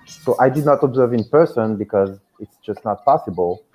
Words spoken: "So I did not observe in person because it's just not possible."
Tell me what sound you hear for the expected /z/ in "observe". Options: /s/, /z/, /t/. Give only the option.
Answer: /z/